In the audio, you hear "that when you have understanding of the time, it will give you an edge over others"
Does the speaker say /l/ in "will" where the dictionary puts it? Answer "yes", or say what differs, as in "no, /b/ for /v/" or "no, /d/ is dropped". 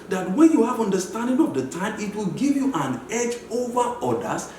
yes